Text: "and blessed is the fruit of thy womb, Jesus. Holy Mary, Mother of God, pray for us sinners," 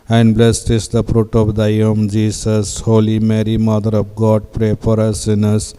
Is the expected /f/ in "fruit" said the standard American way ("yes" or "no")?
no